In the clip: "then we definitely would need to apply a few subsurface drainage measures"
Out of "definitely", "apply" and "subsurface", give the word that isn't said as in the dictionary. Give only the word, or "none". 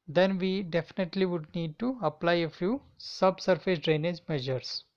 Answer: none